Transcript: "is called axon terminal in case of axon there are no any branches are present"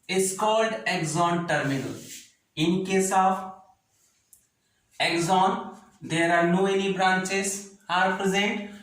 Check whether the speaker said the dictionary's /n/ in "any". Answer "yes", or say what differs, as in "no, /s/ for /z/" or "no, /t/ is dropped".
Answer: no, /l/ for /n/